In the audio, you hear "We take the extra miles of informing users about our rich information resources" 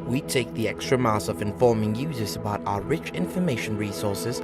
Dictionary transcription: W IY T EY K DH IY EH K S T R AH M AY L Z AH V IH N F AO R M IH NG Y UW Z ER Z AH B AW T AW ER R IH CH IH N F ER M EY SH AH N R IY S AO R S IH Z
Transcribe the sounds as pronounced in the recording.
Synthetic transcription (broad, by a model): W IY T EY K DH IY EH K S T R AH M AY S AH V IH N F AO R M IH NG Y UW Z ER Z AH B AW T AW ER R IH CH IH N F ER M EY SH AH N R IY S AO R S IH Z